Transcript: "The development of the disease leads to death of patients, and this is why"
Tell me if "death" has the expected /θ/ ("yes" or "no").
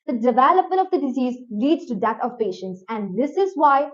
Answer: no